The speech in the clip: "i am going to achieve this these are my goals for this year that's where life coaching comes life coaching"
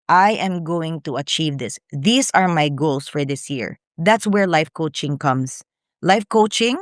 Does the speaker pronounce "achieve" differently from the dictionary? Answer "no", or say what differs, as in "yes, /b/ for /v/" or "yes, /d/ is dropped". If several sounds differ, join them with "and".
no